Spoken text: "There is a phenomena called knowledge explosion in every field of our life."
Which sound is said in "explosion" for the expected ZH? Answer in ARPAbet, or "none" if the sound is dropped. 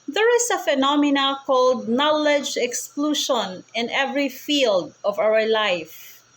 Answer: SH